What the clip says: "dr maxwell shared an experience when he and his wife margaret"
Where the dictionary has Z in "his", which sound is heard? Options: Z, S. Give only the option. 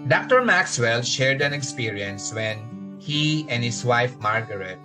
S